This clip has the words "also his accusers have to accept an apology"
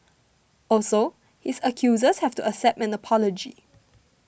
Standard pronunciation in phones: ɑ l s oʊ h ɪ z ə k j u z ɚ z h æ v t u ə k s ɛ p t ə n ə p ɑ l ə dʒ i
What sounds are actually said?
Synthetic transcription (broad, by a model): ɑ l s oʊ h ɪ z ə k j u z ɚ s h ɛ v t u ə s ɛ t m ə n ə p ɑ l ə dʒ i